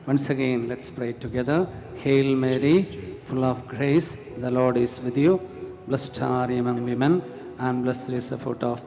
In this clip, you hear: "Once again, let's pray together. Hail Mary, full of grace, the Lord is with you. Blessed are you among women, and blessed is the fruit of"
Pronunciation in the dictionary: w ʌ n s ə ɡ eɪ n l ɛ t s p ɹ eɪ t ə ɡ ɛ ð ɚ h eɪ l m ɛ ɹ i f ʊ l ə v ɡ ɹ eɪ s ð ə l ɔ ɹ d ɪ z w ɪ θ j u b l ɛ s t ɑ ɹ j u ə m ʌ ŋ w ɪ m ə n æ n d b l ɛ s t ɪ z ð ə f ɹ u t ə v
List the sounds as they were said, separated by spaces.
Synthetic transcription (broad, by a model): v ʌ n s ə ɡ eɪ n l ɛ t s p ɹ eɪ t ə ɡ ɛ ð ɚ h eɪ l m ɛ ɹ i f ʊ l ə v ɡ ɹ eɪ s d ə l ɔ ɹ d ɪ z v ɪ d j u b l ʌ s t ɑ ɹ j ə m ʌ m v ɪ m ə n æ n d b l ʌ s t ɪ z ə f u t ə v